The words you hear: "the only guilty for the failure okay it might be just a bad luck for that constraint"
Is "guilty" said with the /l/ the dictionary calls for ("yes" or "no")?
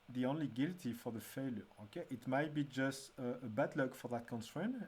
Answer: yes